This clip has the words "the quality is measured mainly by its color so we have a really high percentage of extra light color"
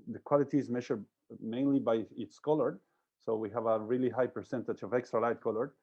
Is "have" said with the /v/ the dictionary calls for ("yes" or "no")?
yes